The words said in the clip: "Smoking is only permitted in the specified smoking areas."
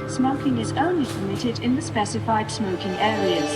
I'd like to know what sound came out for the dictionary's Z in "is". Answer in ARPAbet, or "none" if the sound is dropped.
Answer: Z